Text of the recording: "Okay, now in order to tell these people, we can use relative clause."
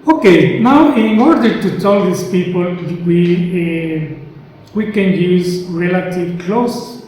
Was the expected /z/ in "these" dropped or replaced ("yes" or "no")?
yes